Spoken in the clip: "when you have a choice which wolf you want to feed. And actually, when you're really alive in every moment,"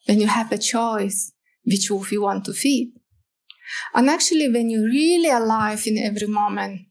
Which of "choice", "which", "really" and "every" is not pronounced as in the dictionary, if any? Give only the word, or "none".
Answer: none